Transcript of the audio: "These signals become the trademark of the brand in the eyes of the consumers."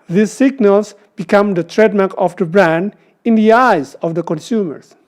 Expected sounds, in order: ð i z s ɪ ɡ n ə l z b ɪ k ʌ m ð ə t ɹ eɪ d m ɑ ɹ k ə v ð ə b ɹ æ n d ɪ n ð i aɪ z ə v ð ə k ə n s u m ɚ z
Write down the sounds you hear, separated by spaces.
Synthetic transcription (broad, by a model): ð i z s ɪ ɡ n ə l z b ɪ k ʌ m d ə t ɹ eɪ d m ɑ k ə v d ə b ɹ æ n d ɪ n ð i aɪ z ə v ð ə k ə n s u m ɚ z